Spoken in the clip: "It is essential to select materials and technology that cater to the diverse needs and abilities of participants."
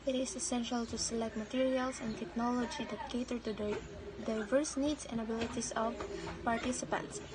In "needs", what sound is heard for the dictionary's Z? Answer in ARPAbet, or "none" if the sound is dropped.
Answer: S